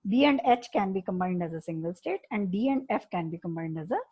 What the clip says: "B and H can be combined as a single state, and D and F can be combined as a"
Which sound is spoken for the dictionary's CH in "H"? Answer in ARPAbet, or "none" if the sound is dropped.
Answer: CH